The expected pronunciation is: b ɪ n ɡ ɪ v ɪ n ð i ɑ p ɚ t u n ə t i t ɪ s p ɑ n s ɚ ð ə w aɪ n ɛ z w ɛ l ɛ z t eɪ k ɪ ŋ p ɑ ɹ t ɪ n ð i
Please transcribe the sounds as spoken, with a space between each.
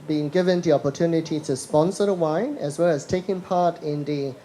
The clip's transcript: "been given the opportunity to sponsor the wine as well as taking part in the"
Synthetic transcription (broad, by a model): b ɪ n ɡ ɪ v ɪ n ð i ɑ p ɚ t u n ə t i t ɪ s p ɑ n s ɚ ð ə w aɪ n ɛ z w ɛ l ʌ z t eɪ k ɪ ŋ p ɑ ɹ t ɪ n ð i